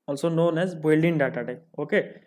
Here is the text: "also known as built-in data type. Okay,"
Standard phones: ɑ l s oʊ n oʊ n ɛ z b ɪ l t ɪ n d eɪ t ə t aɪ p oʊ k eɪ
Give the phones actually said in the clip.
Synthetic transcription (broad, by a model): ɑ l s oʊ n oʊ n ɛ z b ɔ l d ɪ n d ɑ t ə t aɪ oʊ k eɪ